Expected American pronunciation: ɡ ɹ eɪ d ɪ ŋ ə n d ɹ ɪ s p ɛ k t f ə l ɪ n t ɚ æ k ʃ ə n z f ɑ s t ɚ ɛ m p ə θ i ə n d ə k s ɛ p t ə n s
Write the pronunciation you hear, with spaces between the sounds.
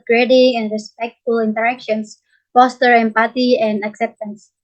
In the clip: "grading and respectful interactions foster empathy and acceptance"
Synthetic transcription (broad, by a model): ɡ ɹ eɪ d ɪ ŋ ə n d ɹ ɪ s p ɛ k t f ə l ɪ n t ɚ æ k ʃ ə n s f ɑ s t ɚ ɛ m p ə t i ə n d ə k s ɛ p t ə n s